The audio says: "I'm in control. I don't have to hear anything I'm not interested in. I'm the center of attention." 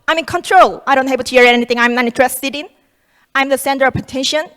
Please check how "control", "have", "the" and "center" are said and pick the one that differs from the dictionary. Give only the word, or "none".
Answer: have